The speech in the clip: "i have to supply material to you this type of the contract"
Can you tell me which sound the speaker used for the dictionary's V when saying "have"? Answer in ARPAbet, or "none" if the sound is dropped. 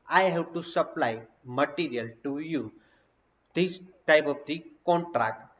B